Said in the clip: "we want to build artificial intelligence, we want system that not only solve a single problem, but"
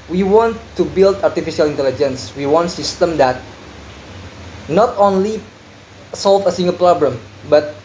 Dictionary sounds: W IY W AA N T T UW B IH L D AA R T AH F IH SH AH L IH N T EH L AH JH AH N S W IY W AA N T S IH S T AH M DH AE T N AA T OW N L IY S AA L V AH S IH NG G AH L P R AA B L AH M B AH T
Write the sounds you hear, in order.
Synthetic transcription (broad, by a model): W IY W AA N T T UW B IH L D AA R T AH F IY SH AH L IH N T EH L AH JH AH N S W IY W AA N T S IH S T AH M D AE T N AA T OW N L IY S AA L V AH S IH NG G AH L P R AA B L AH M B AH T